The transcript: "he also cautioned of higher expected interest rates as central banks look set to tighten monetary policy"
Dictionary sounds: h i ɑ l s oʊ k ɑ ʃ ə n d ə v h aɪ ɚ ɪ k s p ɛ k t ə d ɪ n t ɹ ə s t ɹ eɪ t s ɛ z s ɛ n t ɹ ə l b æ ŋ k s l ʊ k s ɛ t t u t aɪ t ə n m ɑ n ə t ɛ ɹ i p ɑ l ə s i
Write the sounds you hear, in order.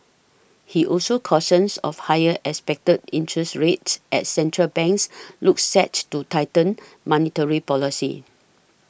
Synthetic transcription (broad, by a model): h i ɑ l s oʊ k ɑ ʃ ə n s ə f h aɪ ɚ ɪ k s p ɛ k t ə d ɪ n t ɹ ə s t ɹ eɪ t s ɛ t s ɛ n t ɹ ə l b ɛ ŋ k s l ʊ k s ɛ t t u t aɪ t ə n m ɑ n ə t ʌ ɹ i p ɑ l ə s i